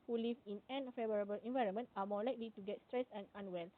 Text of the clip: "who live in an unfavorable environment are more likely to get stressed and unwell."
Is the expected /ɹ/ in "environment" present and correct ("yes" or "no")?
yes